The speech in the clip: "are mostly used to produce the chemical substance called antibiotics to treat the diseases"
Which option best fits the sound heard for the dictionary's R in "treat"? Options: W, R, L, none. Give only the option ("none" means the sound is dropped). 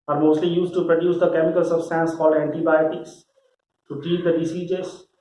none